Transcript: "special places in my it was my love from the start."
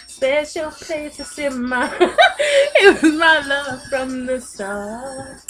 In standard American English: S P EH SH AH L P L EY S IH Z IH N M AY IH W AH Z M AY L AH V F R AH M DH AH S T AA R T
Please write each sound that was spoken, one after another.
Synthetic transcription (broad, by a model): S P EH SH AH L P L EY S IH S IH N M AY IH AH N M AY L AH V F R AH M DH AH S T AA